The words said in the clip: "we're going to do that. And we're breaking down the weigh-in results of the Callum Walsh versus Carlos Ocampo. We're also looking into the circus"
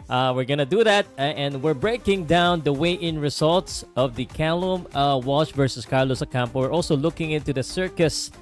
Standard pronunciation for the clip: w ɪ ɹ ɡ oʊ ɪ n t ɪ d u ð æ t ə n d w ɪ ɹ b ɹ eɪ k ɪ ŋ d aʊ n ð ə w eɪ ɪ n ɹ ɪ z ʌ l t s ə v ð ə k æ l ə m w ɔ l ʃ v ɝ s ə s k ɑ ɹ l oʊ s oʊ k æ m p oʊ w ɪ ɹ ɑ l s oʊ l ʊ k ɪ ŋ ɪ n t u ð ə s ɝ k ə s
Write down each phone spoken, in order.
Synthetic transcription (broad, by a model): w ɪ ɹ ɡ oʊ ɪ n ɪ d u ð æ t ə n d w ɪ ɹ b ɹ eɪ k ɪ ŋ d aʊ n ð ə w eɪ ɪ n ɹ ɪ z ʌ l t s ə v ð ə k æ l ə m w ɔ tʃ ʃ v ɝ s ə s k ɑ ɹ l oʊ s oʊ k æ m p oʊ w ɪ ɹ ɑ l s oʊ l ʊ k ɪ ŋ ɪ n t u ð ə s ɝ k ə s